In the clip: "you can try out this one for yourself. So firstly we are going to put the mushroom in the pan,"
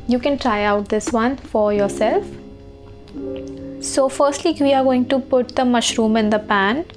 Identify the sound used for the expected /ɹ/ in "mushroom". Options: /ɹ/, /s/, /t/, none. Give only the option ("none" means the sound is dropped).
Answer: /ɹ/